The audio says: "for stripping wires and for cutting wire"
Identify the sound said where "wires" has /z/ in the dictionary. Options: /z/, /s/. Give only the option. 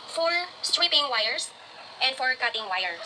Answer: /s/